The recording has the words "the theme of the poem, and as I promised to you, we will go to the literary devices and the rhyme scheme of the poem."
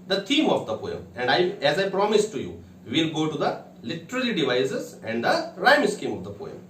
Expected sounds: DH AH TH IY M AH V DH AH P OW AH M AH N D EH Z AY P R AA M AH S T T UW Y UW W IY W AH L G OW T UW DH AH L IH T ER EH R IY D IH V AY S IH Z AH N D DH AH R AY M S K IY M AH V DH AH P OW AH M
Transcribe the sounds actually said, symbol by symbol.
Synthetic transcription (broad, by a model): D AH T IY M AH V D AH P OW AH M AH N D EH Z AY P R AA M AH S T T UW Y UW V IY L G OW T UW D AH L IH T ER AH L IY D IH V AY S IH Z AH N D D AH R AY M S K IY M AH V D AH P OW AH M